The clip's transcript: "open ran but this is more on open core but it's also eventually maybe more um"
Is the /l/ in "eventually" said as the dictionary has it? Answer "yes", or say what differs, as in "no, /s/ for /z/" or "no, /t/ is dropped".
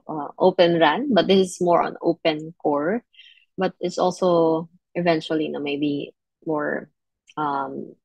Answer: no, /n/ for /l/